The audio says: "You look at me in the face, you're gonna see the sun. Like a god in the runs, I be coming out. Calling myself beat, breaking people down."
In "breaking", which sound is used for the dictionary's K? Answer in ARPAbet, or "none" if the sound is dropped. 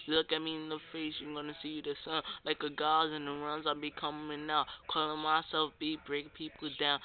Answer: none